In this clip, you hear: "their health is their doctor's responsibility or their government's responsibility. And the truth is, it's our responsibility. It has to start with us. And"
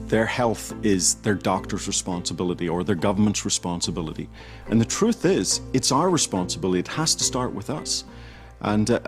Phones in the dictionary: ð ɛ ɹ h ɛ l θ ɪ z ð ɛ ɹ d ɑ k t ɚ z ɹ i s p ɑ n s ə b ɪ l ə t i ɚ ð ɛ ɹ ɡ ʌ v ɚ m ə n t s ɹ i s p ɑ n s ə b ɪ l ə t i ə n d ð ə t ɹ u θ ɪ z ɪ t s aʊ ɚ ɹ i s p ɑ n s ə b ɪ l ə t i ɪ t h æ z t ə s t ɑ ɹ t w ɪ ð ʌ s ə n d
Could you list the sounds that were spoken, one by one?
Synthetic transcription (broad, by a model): ð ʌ ɹ h ɛ l θ ɪ z ð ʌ ɹ d ɑ k t ɚ z ɹ i s p ɑ n s ə b ɪ l ə t i ɚ ð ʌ ɹ ɡ ʌ v ɚ m ə n t s ɹ i s p ɑ n s ə b ɪ l ə t i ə n ð ə t ɹ u θ ɪ z ɪ t s aʊ ɚ ɹ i s p ɑ n s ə b ɪ l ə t i ɪ t h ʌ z t ə s t ɑ ɹ t w ɪ ð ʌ s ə n